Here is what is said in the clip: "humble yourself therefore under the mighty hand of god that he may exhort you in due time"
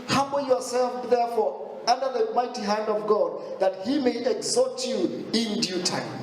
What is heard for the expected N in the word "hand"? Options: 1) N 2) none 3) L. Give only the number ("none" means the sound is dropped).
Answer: 1